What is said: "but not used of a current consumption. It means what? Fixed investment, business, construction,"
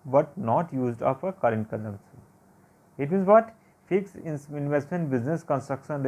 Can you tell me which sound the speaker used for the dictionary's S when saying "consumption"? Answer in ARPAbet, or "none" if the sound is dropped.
none